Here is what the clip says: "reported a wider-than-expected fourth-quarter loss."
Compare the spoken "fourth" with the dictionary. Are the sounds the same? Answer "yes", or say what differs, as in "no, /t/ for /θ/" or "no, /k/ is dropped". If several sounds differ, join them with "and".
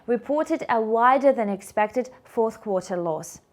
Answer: yes